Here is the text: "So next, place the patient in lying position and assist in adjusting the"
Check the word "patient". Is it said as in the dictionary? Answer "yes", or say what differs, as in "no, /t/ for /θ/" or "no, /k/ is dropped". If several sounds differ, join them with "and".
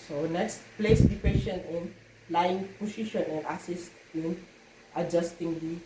no, /t/ is dropped